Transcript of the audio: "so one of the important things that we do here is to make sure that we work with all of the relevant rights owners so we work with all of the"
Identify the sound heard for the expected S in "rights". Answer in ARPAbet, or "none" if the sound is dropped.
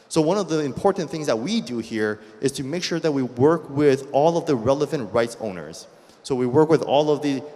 S